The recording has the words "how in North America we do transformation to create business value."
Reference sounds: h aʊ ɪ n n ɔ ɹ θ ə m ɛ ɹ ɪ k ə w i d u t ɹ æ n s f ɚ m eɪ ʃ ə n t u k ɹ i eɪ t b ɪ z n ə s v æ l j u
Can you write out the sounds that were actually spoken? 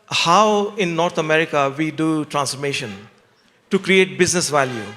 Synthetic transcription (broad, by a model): h aʊ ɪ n n ɔ ɹ t ə m ɛ ɹ ɪ k ə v i d u t ɹ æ n s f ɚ m eɪ ʃ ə n t u k ɹ i eɪ t b ɪ z n ə s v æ l j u